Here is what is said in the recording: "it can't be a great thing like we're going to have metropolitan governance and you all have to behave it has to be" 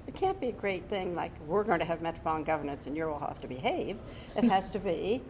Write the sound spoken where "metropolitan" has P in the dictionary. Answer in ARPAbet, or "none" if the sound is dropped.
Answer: B